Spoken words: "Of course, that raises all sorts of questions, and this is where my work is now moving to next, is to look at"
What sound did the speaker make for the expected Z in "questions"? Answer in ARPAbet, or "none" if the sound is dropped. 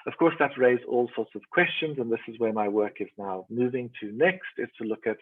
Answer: Z